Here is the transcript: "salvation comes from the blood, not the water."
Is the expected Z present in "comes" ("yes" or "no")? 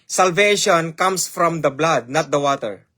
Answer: no